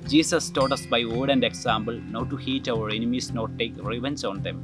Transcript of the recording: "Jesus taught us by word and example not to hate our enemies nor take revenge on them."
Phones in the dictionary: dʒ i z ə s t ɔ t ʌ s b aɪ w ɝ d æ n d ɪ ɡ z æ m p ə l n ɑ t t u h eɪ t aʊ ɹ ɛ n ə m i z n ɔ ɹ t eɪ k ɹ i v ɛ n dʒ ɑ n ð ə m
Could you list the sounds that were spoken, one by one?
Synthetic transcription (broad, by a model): dʒ i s ə s t ɔ t ʌ s b aɪ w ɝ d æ n d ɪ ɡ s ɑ m b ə l n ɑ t t u h eɪ t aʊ ɹ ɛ n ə m i s n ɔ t t eɪ k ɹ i v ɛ n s ɑ n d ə m